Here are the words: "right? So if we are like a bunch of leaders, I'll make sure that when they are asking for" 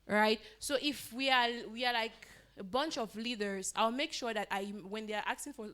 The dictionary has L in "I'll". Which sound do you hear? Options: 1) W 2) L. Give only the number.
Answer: 2